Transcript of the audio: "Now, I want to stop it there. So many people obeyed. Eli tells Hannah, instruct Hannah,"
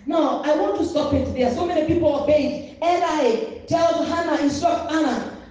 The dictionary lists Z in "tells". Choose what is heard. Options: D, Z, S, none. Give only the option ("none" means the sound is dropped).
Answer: none